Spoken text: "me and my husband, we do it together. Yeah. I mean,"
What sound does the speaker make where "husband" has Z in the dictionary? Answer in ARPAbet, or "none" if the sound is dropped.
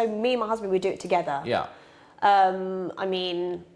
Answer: Z